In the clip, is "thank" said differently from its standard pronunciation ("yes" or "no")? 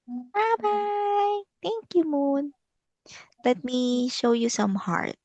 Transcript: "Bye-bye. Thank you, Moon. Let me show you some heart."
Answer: yes